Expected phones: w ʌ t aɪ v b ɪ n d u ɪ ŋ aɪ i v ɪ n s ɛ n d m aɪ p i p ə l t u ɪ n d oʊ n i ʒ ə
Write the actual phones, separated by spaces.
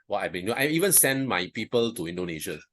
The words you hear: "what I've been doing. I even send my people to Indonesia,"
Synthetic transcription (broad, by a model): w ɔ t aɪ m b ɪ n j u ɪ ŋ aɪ i v ɪ n s ɛ n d m aɪ p i p ə l t u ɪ n d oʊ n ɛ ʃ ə